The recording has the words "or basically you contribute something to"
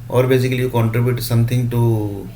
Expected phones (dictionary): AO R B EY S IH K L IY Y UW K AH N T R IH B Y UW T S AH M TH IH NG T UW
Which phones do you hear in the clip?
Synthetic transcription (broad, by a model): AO R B EY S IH K IY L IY K AH N T R IH B Y UW T S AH M T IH NG T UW